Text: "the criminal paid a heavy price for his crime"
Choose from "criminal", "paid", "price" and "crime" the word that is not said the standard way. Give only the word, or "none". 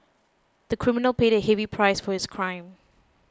none